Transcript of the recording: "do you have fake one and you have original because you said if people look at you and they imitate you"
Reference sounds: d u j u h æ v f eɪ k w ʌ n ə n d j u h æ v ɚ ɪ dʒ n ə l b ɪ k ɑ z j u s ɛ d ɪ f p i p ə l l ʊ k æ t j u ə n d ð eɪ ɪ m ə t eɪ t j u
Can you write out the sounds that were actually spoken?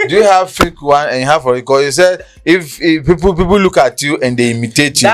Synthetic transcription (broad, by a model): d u j u h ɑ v f eɪ k w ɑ n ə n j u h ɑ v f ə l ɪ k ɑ j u s ɛ d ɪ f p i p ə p l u k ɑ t j u ə n d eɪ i m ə t eɪ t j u